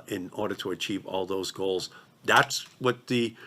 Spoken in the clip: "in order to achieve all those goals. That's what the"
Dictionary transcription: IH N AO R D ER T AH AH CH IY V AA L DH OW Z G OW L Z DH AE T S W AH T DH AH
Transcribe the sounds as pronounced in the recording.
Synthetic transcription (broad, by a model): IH N AO R D ER T AH AH CH IY V AA L DH OW Z G OW L Z DH AE T S W AH T DH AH